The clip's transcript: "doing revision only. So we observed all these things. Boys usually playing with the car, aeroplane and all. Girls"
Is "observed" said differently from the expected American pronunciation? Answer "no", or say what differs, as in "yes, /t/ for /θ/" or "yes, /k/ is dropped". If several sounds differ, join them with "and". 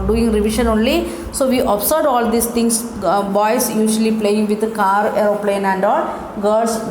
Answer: yes, /v/ is dropped